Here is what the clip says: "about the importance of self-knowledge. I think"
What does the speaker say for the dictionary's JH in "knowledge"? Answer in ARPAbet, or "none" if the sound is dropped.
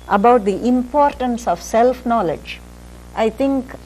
JH